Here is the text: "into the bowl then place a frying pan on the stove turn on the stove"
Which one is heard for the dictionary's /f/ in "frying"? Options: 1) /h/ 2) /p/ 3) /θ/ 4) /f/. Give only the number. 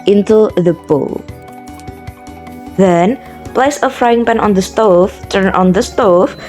4